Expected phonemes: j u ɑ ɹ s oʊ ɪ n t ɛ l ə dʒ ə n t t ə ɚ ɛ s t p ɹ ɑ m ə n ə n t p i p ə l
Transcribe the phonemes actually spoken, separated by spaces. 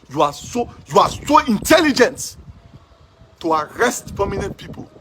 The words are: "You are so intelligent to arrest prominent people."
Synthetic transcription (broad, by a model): j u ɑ w s oʊ ɪ n t ɛ l ə dʒ ə n t t ə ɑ ɛ s t p ɑ m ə n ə n t p i p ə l